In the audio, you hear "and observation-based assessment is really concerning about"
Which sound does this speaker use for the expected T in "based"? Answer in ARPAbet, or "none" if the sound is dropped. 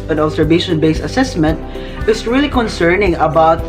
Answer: none